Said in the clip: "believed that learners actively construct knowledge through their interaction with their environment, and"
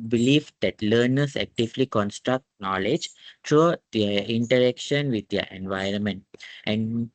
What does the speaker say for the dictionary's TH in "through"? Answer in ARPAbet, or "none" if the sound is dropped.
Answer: T